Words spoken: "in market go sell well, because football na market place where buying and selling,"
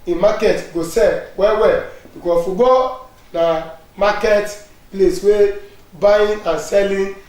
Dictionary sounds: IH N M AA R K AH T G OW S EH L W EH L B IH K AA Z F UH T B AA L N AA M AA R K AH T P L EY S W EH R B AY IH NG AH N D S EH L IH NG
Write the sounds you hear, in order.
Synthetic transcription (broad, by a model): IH M AA K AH T G OW S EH W W EH L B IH K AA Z F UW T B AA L N AA M AA K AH T P L EY S W EH B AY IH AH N S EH L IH